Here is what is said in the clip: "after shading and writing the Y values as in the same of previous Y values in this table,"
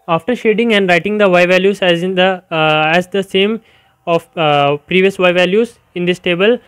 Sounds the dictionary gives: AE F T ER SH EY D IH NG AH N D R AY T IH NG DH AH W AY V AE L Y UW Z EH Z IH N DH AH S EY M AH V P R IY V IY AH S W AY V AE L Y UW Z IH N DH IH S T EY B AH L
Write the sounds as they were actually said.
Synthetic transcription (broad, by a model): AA F T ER SH EY D IH NG AH N D R AY T IH NG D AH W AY V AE L Y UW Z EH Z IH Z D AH S EY M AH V P R IY V IY AH S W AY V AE L Y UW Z IH N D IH S T EY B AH L